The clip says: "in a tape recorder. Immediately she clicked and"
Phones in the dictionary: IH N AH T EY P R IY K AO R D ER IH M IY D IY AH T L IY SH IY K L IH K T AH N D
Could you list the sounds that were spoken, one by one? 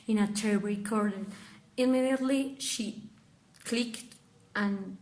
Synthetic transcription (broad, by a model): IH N AH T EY B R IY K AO R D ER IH M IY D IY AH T L IY SH IY K L IH K T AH N